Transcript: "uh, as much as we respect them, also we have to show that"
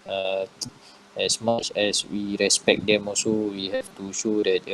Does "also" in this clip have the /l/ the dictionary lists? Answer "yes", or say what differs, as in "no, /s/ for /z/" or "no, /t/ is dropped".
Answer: no, /l/ is dropped